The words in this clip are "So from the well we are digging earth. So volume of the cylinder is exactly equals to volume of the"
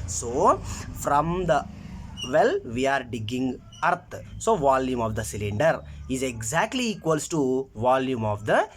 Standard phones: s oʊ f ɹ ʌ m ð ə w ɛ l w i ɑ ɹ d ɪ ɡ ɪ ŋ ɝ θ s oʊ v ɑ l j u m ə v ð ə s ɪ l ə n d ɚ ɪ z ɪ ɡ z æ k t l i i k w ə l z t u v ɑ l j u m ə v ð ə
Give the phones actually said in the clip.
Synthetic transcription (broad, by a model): s oʊ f ɹ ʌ m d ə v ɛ l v i ɑ ɹ d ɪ ɡ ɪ ŋ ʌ t s oʊ v ɑ l j u m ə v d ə s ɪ l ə n d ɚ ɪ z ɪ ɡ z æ k t l i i k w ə l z t u v ɑ l j u m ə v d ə